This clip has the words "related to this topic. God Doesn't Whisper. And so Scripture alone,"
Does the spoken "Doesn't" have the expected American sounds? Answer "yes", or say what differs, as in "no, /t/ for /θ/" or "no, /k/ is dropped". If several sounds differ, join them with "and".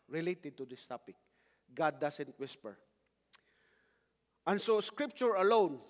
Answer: no, /s/ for /z/